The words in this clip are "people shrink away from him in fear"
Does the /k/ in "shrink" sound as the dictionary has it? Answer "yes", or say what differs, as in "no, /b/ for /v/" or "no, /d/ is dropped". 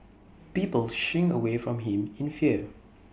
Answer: no, /k/ is dropped